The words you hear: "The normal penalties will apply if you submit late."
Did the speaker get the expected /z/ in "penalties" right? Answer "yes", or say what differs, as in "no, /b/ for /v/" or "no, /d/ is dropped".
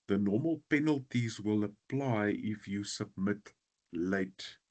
yes